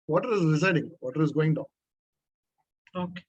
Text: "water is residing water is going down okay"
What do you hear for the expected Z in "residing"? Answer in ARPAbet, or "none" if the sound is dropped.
S